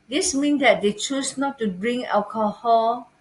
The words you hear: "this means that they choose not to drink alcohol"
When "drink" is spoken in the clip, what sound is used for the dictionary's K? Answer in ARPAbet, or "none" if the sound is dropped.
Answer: none